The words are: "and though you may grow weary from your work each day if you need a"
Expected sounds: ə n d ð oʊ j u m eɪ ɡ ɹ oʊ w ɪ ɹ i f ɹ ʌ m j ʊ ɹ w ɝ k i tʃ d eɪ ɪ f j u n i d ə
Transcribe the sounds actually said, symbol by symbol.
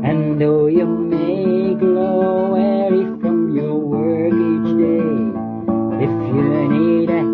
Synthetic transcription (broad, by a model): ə n ð oʊ j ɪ m eɪ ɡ l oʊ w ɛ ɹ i f ɹ ʌ m j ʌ ɹ w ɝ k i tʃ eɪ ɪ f j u n i d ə